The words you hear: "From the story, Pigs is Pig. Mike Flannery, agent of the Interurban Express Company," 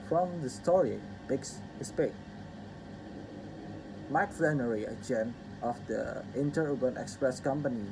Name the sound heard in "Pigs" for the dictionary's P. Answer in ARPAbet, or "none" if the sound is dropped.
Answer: B